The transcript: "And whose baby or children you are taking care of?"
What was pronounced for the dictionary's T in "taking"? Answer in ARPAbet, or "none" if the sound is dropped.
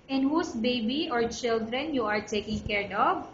T